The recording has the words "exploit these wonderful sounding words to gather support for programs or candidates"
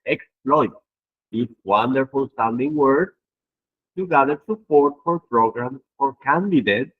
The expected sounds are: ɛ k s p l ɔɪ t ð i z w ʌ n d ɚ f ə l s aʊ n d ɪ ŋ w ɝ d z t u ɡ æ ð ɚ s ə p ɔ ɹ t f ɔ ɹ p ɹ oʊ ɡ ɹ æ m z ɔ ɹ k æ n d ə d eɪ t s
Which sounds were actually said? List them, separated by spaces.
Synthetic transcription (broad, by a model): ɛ k s p l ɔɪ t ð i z w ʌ n d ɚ f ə l s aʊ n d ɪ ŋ w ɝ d t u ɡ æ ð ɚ s ə p ɔ ɹ t f ɔ ɹ p ɹ oʊ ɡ ɹ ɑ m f ɔ ɹ k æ n d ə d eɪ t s